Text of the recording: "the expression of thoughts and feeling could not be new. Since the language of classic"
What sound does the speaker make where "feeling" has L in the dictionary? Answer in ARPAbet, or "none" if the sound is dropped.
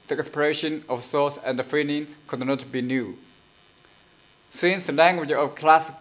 N